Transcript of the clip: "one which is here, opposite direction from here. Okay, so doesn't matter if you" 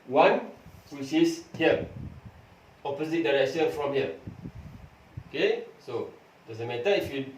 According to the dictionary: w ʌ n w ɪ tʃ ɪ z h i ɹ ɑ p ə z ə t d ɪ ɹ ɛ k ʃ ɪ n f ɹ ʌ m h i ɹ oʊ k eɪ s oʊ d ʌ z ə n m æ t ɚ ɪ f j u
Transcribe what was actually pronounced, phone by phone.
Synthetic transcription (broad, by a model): w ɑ n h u s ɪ s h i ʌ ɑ p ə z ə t d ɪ ɹ ɛ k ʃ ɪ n f ɹ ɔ m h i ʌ oʊ k eɪ s oʊ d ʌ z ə m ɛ t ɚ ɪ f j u